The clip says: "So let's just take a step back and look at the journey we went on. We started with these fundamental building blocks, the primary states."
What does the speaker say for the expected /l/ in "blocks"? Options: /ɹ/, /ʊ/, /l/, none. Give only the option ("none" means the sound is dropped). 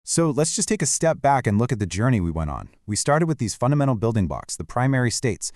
none